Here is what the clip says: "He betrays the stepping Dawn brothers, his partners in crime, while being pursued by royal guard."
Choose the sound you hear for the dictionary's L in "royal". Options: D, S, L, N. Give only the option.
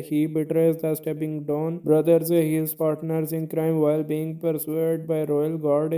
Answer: L